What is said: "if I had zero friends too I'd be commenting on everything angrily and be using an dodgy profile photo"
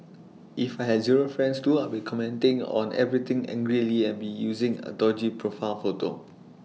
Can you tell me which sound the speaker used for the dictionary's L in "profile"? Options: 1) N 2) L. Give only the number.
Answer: 1